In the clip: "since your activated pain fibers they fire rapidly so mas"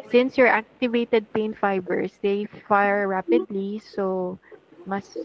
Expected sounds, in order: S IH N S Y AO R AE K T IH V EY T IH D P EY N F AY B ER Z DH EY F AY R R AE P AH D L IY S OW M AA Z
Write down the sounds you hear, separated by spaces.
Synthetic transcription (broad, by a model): S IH N S Y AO R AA K T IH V EY T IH D P EY N F AY B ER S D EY F AY R R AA P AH D L IY S OW M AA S